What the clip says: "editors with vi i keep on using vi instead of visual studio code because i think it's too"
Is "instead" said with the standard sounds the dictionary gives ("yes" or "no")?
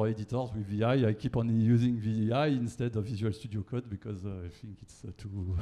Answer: yes